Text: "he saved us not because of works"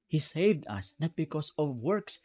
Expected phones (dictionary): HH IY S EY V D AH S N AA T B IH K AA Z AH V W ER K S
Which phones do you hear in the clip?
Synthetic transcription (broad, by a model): HH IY S EY V D AH S N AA T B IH K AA S AH V W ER K S